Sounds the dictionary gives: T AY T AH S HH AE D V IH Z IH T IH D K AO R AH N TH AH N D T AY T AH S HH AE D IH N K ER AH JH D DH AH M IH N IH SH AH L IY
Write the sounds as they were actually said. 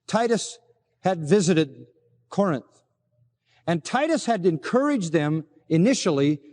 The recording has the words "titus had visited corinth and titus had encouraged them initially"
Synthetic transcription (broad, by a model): T AY T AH S HH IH D V IH Z IH T IH D K AO R AH N TH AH N T AY T AH S HH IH D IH N K ER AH JH DH AH M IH N IH SH L IY